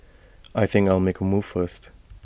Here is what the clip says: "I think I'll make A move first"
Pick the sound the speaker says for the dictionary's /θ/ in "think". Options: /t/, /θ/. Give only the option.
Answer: /θ/